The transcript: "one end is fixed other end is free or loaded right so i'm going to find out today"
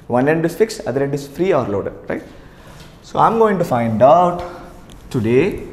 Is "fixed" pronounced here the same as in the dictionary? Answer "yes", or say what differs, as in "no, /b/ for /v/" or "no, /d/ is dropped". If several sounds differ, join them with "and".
no, /t/ is dropped